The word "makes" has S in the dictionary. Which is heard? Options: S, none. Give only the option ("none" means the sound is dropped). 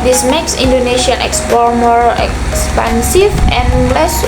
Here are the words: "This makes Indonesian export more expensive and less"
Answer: S